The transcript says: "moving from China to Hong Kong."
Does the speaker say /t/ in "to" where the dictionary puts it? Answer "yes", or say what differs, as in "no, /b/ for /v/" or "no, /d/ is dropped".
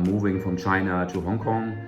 no, /s/ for /t/